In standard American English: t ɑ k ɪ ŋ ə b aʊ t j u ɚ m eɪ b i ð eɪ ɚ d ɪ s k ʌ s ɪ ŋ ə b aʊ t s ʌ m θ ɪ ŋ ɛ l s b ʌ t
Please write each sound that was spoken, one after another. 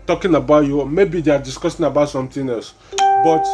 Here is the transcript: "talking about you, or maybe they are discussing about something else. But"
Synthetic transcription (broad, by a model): t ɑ k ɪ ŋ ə b aʊ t j u m eɪ b i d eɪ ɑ d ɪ s k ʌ s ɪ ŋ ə b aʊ t s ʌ m t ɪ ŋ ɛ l s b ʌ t